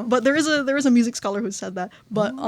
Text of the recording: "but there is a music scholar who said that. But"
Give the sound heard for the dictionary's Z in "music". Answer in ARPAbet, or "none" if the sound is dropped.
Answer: Z